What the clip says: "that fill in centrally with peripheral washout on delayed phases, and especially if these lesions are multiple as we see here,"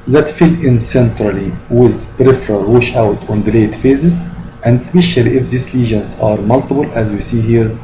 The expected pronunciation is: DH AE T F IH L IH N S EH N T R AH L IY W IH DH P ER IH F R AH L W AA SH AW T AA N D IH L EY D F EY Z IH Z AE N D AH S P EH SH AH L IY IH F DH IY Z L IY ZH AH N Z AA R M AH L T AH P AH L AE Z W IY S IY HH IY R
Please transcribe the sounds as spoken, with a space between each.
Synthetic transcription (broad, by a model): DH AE T F IH L IH N S EH N T R AH L IY W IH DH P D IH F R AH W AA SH AW T AA N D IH L EY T F EY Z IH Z AE N D S P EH SH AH L IY IH F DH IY S L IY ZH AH N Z AA R M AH L T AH B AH L AE Z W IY S IY HH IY R